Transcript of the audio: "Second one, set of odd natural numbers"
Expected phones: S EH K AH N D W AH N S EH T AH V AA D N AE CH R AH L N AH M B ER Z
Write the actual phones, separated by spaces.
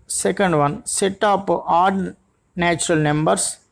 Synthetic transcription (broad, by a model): S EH K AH N D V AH N S EH T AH P AA D N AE CH R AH L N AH M B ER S